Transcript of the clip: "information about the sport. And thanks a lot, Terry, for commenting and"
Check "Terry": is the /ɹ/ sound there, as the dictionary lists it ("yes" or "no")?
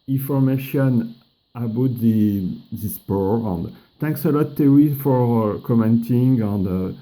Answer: no